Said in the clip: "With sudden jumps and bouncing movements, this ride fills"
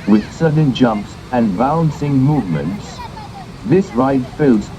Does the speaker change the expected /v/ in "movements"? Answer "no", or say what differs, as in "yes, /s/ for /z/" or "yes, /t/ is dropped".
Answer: no